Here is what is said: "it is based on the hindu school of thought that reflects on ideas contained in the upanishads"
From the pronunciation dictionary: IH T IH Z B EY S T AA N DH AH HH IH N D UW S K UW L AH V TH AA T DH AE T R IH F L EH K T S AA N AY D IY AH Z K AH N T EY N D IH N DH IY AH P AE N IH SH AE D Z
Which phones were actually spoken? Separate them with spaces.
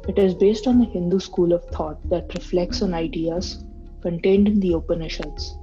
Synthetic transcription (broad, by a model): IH T IH Z B EY S T AA N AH HH IH N D UW S K UW L AH V T AA T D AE T R IH F L EH K T S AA N AY D IY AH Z K AH N T EY N D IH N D IY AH P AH N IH SH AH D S